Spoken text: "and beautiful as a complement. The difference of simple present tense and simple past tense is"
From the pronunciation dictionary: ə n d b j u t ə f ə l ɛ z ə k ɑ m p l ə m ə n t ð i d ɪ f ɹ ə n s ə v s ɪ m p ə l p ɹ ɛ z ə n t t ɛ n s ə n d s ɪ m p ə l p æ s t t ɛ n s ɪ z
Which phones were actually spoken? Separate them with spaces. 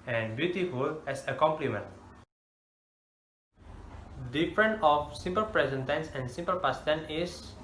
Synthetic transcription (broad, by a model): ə n b j u t ə f ə l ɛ s ə k ɑ m p l ə m ə n t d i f ɹ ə n ə f s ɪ m p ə l p ɹ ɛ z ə n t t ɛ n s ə n s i m p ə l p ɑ s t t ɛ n ɪ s